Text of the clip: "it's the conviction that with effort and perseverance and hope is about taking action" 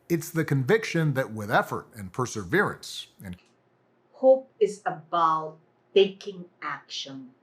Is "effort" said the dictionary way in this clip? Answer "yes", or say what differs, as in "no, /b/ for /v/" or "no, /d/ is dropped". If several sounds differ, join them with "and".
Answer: yes